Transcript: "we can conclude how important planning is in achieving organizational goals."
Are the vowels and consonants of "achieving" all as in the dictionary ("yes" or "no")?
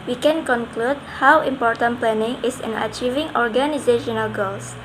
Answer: yes